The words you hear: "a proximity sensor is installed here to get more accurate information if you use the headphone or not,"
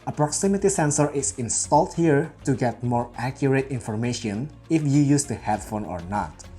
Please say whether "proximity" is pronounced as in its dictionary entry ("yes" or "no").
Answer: yes